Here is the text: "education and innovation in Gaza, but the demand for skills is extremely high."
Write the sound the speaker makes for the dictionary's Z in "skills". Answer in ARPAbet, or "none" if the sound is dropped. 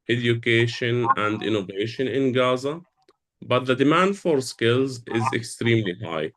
Z